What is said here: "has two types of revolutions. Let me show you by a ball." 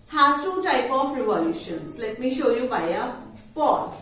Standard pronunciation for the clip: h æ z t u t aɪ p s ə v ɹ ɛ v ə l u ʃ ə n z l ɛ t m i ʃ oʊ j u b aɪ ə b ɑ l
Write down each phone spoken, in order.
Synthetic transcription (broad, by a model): h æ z t u t aɪ p ə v ɹ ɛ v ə l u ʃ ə n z l ɛ t m i ʃ oʊ j u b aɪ ə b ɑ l